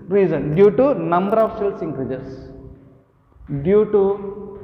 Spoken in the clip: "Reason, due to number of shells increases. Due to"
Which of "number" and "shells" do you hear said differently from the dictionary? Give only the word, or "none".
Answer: shells